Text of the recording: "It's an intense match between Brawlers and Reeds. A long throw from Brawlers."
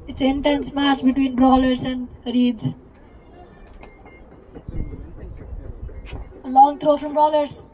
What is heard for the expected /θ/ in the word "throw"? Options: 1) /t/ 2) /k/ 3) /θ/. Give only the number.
1